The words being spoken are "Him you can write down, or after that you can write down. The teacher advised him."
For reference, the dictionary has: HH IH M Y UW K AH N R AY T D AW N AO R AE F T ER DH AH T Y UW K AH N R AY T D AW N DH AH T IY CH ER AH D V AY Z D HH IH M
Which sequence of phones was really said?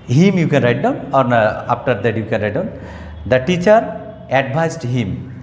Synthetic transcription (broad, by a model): HH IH M Y UW K AH N R AY T D AW N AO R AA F T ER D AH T Y UW K AH N R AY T D AW N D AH T IY CH ER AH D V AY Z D HH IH M